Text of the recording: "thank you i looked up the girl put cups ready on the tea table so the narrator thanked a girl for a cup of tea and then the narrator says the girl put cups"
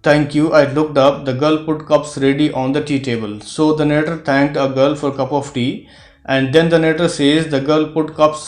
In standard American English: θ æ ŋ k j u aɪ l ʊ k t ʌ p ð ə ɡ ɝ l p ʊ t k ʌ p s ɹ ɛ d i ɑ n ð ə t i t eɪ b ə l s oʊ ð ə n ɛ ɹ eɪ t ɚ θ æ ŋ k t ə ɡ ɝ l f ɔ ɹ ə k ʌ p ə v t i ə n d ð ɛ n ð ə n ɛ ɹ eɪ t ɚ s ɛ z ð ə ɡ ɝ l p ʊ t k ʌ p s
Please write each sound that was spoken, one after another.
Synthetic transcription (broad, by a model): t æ ŋ k j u aɪ l ʊ k t ʌ p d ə ɡ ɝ l p ʊ t k ʌ p s ɹ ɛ d i ɑ n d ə t i t eɪ b ə l s oʊ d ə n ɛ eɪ t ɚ t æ ŋ k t ə ɡ ɝ l f ɔ ɹ k ʌ p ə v t i ə n d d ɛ n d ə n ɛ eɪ t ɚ s ɛ z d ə ɡ ɝ l p ʊ t k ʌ p s